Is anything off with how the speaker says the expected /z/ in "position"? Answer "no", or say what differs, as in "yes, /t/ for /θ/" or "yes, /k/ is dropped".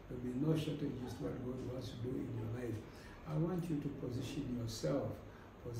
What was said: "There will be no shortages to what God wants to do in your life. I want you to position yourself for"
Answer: no